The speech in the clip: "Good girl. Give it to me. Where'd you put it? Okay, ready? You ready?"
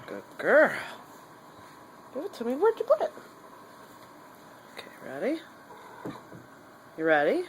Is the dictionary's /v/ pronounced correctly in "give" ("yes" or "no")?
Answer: no